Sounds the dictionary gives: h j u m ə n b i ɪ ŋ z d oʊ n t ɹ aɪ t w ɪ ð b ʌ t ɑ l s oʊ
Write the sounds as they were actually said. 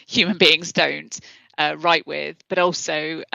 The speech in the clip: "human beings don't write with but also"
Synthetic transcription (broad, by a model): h j u m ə n b i ɪ ŋ z d oʊ n t ɹ aɪ t w ɪ ð b ʌ t ɑ l s oʊ